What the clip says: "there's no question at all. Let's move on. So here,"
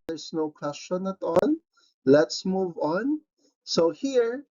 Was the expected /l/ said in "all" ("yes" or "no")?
no